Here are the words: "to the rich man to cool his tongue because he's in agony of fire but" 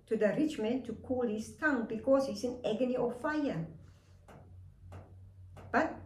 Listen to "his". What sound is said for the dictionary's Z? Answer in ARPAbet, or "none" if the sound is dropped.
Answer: S